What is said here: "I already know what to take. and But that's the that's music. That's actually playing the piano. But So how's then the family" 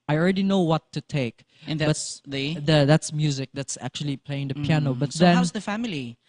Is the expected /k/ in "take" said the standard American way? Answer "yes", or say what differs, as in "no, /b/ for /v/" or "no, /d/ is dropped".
no, /k/ is dropped